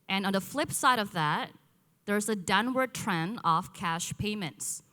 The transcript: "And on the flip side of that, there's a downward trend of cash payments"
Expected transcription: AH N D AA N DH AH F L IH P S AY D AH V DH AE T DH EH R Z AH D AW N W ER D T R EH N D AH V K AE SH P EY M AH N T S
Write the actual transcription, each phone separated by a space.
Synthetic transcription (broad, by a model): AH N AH N DH AH F L IH P S AY D AH V DH AE T DH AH R Z AH D AW N W ER D T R EH N AH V K AE SH P EY M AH N T S